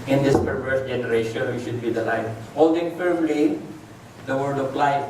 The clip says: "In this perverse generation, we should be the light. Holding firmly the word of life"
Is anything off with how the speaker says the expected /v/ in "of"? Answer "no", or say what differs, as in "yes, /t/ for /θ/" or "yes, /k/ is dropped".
yes, /p/ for /v/